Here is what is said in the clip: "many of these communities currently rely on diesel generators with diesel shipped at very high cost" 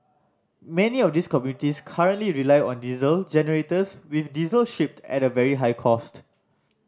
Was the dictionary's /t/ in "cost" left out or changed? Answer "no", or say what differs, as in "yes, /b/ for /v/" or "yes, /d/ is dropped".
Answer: no